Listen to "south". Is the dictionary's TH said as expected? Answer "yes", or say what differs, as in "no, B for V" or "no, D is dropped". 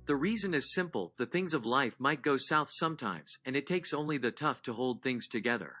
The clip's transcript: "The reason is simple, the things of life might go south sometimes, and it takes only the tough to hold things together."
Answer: yes